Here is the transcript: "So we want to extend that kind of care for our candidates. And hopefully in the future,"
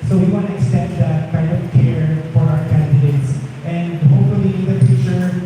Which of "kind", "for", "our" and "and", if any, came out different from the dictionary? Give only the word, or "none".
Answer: kind